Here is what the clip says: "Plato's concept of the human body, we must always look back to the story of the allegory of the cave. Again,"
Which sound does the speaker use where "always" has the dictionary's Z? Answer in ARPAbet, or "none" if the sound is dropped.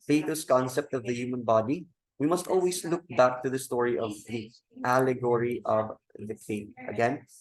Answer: S